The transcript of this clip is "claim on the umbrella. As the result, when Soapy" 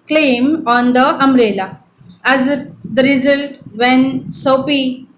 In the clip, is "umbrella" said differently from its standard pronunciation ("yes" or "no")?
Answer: yes